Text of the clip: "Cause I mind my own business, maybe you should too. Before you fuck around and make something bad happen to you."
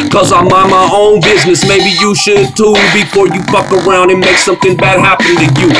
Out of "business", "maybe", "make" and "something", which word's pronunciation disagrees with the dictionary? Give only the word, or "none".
none